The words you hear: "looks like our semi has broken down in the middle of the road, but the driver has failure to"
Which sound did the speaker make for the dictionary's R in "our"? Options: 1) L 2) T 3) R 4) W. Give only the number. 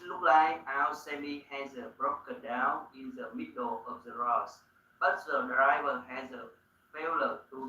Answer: 4